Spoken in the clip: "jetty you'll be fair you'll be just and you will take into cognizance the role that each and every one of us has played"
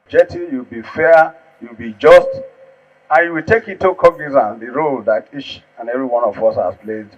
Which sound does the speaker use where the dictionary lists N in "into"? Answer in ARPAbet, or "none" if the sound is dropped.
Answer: none